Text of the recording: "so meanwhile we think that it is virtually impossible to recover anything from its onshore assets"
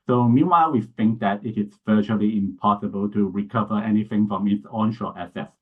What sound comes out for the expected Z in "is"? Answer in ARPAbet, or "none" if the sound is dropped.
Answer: S